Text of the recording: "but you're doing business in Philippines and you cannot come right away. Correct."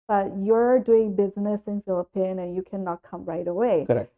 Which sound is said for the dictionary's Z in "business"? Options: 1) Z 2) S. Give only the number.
1